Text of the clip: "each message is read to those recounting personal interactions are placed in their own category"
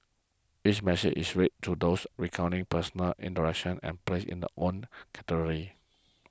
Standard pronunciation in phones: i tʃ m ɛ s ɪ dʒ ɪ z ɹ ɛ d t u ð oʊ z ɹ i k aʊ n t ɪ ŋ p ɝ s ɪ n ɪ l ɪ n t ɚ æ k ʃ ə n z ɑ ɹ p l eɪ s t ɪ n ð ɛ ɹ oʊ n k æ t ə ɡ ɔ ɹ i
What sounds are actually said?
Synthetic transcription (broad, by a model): i tʃ m ɛ s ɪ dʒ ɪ s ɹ ɛ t t u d oʊ s ɹ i k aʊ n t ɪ ŋ p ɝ s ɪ n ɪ l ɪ n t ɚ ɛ k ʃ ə n ɛ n p l eɪ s ɪ n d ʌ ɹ oʊ n k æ t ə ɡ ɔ ɹ i